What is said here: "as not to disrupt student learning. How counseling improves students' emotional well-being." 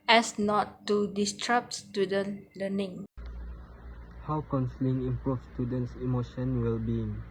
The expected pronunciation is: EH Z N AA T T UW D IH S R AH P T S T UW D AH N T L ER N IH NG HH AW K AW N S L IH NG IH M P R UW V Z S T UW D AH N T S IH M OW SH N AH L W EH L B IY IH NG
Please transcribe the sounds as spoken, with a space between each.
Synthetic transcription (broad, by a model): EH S N AA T T UW D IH S R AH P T S T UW D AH N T L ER N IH NG HH AW K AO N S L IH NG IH M P R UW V S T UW D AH N T S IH M OW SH AH N W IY L B IY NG